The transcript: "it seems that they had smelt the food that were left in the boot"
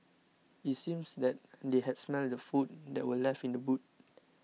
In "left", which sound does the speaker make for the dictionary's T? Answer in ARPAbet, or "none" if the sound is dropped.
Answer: none